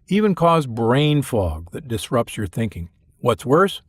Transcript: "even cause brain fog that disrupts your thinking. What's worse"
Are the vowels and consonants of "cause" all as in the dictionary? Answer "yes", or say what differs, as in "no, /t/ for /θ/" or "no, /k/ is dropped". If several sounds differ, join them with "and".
yes